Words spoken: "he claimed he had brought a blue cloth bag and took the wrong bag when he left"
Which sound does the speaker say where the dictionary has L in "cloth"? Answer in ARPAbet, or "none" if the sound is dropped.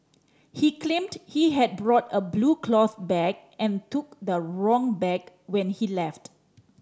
L